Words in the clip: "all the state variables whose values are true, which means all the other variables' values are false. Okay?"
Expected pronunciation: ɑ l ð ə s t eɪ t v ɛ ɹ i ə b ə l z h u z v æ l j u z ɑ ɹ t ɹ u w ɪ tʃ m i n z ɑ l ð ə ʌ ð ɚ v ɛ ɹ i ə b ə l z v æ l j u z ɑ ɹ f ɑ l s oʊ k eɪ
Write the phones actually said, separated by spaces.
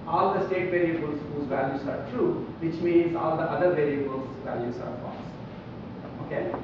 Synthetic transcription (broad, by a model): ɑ l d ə s t eɪ t v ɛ ɹ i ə b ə l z h u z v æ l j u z ɑ ɹ t ɹ u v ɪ tʃ m i n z ɑ l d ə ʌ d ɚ v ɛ ɹ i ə b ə l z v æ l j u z ɑ ɹ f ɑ s oʊ k eɪ